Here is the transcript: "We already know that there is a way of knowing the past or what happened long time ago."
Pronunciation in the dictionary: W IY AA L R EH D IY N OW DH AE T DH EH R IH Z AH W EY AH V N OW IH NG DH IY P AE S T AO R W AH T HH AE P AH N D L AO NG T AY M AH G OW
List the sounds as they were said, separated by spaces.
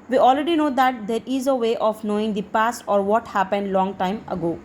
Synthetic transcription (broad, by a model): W IY AA L R EH D IY N OW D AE T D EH R IH Z AH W EY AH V N OW IH NG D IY P AE S T AO R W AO T HH AE P AH N D L AO NG T AY M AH G OW